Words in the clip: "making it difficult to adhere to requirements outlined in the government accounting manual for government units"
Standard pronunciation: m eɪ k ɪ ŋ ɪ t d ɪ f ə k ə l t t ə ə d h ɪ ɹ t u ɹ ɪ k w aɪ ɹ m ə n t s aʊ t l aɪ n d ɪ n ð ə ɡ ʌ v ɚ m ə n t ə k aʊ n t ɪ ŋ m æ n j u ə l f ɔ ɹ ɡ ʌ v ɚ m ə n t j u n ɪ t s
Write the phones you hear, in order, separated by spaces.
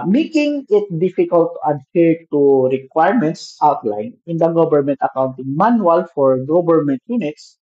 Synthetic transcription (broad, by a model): m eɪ k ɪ ŋ ɪ t d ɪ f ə k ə l t t ə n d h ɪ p t u ɹ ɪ k w aɪ ɹ m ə n t s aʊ t l aɪ n ɪ n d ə ɡ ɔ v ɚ m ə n t ə k aʊ n t ɪ ŋ m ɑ n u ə l f ɔ ɹ ɡ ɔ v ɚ m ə n t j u n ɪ t s